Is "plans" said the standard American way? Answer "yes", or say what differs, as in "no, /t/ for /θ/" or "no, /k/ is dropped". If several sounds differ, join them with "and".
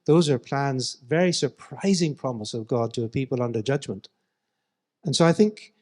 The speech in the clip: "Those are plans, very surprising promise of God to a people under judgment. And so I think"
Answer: yes